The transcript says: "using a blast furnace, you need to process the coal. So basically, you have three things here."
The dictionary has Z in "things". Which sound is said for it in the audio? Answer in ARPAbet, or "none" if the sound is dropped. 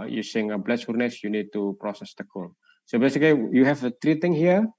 none